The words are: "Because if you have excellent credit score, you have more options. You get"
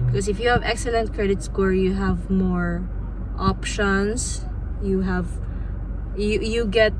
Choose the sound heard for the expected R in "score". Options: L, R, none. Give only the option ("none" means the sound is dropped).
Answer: R